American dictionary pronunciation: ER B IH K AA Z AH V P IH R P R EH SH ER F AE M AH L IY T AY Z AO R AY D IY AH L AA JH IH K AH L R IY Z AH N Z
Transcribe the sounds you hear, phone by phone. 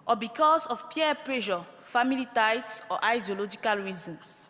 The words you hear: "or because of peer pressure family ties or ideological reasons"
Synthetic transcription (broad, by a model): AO B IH K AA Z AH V P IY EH P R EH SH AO F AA M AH L IY T AY S AO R AY D IY AH L AA JH IH K AH L R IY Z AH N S